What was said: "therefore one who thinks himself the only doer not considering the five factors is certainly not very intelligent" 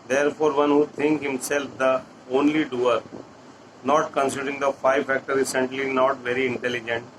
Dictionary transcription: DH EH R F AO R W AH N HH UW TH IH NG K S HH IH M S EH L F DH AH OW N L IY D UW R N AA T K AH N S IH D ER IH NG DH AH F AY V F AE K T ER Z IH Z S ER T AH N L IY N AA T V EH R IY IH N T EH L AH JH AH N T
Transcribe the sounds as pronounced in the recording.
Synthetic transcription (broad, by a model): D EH R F AO R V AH N HH UW T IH NG K HH IH M S EH L F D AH OW N L IY D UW R N AA T K AH N S IH D ER IH NG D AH F AY V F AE K T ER IH S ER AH N L IY N AA T V EH R IY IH N T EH L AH JH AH N T